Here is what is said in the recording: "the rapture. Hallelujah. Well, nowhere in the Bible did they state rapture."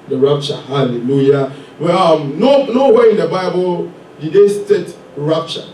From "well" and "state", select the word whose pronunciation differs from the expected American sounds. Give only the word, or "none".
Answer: well